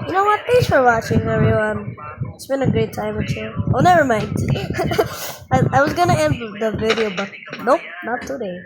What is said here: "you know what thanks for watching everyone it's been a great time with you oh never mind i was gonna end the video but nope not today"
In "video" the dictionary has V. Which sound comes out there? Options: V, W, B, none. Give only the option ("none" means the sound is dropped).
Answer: V